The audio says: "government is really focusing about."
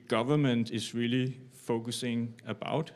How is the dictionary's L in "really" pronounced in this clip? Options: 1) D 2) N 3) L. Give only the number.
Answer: 3